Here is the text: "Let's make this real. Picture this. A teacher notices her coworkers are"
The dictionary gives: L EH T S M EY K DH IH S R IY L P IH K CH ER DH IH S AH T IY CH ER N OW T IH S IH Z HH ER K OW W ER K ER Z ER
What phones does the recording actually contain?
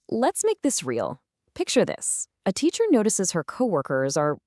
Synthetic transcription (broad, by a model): L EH T S M EY K DH IH S R IY L P IH K CH ER DH IH S AH T IY CH ER N OW T IH S IH Z HH ER K OW W ER K ER Z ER